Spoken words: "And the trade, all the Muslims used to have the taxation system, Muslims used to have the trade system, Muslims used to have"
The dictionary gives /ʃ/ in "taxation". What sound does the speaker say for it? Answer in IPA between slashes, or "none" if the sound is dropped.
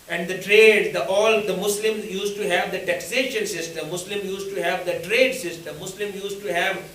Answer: /ʃ/